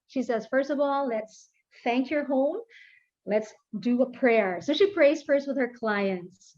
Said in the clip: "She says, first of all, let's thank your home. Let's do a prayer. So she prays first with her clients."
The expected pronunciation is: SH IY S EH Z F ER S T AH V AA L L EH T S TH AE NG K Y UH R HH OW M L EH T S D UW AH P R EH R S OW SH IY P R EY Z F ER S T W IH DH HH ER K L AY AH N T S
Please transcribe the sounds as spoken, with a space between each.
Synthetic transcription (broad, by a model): SH IY S EH Z F ER S T AH V AA L L EH T S TH AE NG K Y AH R HH OW M L EH T S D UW AH P R EH R S OW SH IY P R EY Z F ER S T W IH DH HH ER K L AY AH N T S